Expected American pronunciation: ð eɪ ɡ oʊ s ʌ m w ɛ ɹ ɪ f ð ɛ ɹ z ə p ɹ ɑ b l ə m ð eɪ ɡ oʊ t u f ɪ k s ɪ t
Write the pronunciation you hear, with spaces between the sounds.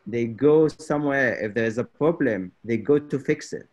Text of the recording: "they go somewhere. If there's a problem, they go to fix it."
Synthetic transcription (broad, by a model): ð eɪ ɡ oʊ s ʌ m w ɛ ɹ ɪ f ð ɛ ɹ z ə p ɹ ɑ b l ə m ð eɪ ɡ oʊ t u f ɪ k s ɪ t